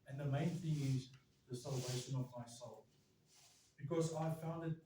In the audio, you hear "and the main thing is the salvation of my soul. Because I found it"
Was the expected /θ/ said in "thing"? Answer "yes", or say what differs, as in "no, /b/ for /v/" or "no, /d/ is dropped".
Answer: yes